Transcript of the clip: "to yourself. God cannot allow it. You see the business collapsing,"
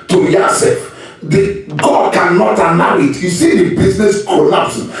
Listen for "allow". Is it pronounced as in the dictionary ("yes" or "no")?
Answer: no